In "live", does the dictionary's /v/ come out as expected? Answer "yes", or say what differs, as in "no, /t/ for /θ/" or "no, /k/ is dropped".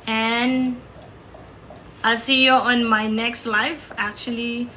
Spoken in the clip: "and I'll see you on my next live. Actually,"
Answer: no, /f/ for /v/